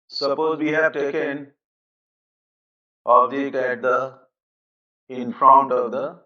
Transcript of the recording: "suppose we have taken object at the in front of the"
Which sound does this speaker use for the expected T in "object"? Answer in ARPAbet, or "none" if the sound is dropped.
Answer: none